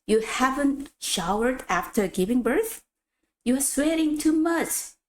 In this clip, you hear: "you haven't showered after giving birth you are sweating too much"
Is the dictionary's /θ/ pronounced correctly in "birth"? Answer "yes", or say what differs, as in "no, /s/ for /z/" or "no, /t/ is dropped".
yes